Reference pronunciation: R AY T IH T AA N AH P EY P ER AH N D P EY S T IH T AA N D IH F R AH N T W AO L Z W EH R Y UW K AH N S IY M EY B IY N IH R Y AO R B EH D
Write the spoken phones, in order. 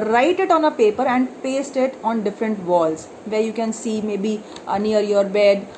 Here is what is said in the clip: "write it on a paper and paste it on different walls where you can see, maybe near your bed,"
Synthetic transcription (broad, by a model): R AY T IH T AA N AH P EY P ER AH N D P EY S T IH T AA N D IH F R AH N T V AO L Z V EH R Y UW K AH N S IY M EY B IY N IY R Y AO R B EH D